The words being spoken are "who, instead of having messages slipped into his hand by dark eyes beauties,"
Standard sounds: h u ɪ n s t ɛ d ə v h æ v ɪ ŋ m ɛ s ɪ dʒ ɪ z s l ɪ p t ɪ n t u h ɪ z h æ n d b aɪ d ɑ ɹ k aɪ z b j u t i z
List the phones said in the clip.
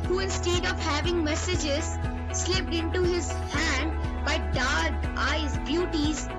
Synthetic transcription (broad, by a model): h u ɪ n s t ɛ d ə v h æ v ɪ ŋ m ɛ s ɪ dʒ ɪ z s l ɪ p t ɪ n t u h ɪ z h æ n d b aɪ d ɑ ɹ k aɪ z b j u t i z